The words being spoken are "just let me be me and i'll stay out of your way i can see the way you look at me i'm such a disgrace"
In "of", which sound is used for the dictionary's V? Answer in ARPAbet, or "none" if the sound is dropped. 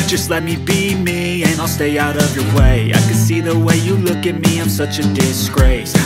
V